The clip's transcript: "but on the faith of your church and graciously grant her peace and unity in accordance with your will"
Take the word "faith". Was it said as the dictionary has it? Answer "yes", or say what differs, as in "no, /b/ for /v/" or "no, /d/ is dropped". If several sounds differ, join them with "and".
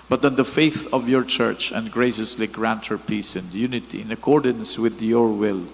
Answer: yes